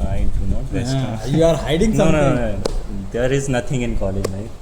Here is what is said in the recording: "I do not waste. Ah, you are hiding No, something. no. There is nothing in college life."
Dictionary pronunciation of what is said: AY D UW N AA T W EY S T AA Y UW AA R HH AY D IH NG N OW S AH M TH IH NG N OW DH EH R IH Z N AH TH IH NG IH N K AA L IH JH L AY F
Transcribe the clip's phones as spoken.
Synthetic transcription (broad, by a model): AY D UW N AA T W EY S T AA Y UW AA R HH AY D IH NG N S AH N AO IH N OW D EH R IH Z N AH T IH NG IH N K AA L IH JH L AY